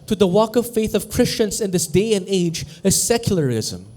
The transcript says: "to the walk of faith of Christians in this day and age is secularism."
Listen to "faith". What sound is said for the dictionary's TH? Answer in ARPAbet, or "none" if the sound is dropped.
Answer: TH